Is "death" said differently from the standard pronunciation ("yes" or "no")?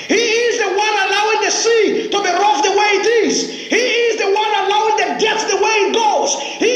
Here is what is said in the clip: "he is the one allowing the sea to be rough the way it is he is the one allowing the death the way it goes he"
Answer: yes